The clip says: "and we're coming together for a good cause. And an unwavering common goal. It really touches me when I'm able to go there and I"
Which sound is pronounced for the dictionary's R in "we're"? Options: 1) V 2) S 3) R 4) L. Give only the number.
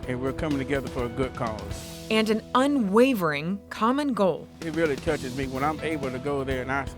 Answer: 3